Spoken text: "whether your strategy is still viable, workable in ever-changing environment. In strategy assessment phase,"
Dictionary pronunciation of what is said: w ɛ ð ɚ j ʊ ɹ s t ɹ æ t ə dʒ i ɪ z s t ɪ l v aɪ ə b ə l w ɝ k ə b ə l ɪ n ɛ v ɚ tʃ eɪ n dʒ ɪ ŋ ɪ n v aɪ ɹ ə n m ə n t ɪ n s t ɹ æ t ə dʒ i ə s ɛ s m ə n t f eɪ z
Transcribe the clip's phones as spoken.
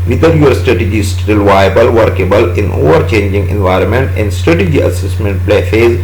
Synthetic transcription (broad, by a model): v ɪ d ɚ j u ɹ s t ɹ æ t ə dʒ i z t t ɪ l v aɪ ə b ə l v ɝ k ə b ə l ɪ n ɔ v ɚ tʃ eɪ n dʒ ɪ ŋ ɪ n v aɪ ɹ ə n m ə n t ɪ n s t ɹ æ t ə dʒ i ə s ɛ s m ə n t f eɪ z